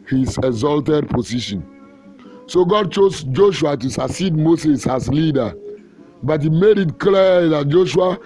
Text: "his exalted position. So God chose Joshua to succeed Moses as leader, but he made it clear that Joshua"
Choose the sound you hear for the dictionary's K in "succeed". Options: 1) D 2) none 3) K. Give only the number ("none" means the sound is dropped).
2